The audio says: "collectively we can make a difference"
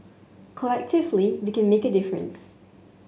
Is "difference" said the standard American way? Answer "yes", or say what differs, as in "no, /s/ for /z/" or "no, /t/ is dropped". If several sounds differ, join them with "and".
yes